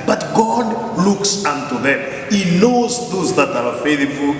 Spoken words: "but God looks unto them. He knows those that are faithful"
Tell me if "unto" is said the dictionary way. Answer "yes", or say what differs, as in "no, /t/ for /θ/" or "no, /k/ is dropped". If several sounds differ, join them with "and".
yes